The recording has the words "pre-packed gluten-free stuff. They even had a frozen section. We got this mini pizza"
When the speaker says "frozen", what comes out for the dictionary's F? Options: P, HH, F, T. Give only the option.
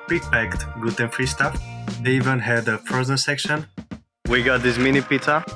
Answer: P